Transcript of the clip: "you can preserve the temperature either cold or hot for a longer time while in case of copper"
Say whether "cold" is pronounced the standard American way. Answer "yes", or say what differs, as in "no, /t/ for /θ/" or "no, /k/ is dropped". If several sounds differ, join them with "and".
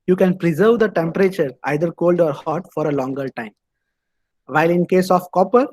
yes